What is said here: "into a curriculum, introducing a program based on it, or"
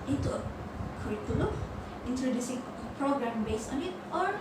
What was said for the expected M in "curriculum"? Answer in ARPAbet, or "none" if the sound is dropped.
none